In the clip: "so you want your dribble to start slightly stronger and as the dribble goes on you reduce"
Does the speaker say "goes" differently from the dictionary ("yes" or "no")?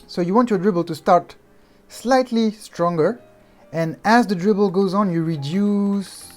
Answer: no